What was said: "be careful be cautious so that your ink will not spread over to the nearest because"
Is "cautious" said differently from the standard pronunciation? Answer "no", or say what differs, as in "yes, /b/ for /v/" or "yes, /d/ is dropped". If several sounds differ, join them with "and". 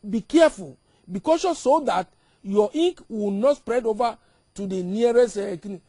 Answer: yes, /s/ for /ʃ/